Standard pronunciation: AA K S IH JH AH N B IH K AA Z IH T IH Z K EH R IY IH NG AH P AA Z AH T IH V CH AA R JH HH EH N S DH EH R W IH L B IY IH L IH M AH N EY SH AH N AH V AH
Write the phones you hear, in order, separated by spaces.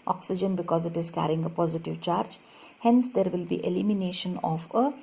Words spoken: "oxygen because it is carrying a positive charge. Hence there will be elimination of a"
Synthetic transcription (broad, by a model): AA K S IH JH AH N B IH K AA Z IH T IH Z K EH R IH NG AH P AA Z AH T IH V CH AA R JH HH EH N S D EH R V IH L B IY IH L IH M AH N EY SH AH N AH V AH